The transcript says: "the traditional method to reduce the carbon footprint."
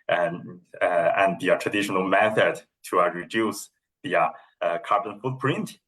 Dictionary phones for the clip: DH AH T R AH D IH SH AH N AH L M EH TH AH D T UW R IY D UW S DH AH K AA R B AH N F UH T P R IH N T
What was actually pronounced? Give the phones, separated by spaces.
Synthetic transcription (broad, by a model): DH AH T R AH D IH SH AH N AH L M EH TH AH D T UW R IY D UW S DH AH K AA R B AH N F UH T P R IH N T